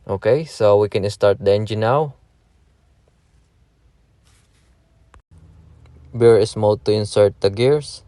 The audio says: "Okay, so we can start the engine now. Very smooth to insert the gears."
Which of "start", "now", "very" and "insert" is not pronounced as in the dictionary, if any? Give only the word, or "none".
very